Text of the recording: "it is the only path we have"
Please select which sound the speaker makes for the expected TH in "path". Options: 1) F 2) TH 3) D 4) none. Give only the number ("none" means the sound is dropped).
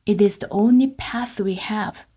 2